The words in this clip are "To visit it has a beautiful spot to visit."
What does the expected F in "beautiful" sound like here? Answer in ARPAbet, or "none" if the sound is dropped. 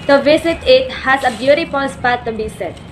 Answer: P